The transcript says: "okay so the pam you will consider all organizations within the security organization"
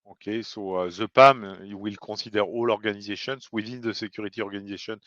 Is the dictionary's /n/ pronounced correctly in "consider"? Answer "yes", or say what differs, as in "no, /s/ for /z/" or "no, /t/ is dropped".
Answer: no, /n/ is dropped